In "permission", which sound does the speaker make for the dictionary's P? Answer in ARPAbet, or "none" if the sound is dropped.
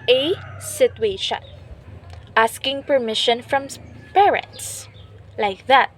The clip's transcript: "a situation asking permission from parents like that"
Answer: P